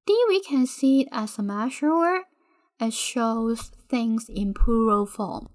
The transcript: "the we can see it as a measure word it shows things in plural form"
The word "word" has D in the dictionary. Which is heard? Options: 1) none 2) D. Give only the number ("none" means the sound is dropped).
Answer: 1